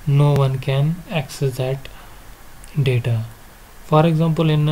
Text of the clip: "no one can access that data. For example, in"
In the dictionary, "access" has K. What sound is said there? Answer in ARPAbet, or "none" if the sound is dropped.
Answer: K